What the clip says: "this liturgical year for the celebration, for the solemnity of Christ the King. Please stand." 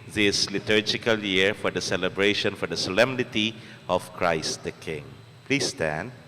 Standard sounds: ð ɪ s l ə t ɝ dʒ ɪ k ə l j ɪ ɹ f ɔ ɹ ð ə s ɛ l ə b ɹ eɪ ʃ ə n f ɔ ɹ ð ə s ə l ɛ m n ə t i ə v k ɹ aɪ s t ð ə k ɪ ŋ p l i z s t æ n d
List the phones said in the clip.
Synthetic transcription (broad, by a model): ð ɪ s l ə t ɝ dʒ ɪ k ə l j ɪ ɹ f ɔ ɹ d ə s ɛ l ə b ɹ eɪ ʃ ə n f ɔ ɹ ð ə s ə l ɛ m n ə t i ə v k ɹ aɪ s t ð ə k ɪ ŋ p l i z s t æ n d